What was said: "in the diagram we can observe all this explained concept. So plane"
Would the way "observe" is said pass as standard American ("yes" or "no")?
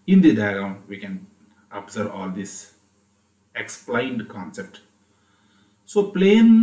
no